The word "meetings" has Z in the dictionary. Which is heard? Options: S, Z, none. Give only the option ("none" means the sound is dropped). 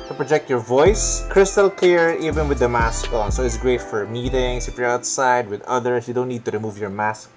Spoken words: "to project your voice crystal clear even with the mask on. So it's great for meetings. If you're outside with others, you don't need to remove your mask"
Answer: S